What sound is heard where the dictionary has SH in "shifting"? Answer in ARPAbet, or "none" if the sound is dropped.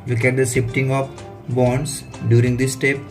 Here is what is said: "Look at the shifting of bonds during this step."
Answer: S